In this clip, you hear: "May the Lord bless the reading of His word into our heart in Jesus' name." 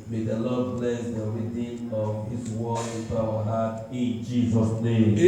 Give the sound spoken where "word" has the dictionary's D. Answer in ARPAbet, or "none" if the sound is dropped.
none